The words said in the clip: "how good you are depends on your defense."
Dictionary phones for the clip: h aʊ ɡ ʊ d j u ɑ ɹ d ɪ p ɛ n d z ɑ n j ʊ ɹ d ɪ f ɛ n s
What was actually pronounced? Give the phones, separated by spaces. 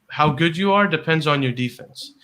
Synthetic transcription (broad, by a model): h aʊ ɡ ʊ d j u ɑ ɹ d ɪ p ɛ n d z n j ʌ ɹ d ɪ f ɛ n s